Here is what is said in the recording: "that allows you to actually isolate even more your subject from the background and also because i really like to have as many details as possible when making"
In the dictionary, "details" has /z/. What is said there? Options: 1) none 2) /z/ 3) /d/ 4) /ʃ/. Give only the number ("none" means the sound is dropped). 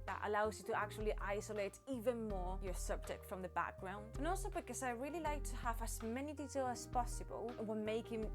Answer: 1